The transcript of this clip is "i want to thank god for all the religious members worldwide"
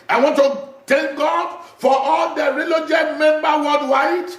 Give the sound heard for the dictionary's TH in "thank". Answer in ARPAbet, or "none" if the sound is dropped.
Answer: T